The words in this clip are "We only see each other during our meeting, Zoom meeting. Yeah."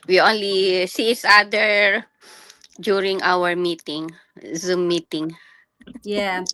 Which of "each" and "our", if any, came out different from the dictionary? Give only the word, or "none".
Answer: each